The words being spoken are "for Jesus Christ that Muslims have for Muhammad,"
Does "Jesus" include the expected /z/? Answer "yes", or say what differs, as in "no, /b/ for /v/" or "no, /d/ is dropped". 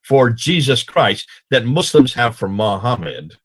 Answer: yes